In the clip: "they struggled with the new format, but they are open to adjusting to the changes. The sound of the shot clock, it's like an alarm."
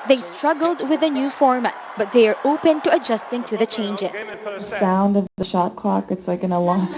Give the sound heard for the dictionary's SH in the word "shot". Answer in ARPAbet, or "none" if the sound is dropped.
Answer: SH